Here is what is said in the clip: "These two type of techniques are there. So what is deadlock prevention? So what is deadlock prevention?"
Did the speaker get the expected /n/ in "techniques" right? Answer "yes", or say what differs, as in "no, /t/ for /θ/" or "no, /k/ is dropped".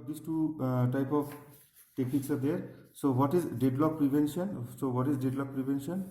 no, /n/ is dropped